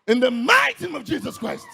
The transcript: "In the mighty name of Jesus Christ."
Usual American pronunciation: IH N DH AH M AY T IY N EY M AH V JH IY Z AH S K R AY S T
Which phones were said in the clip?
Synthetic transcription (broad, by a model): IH N DH AH M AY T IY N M AH V JH IY Z AH S K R AY S T